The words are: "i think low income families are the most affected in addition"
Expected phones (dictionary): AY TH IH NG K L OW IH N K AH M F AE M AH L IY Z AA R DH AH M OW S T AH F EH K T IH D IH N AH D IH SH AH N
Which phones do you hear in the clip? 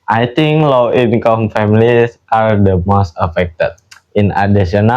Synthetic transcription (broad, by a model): AY T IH NG K L OW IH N K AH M F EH M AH L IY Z AA R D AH M OW S T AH F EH K T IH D IH N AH D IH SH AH N